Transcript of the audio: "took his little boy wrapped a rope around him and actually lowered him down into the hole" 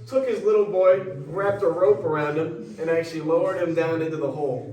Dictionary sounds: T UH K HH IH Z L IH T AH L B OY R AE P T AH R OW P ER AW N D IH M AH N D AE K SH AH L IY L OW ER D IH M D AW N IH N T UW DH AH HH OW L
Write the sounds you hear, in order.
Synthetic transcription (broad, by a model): T UH K HH IH Z L IH T L B OY R AE P T AH R OW P ER AW N D IH M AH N AE K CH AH L IY L OW ER D IH M D AW N IH N T UW DH AH HH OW L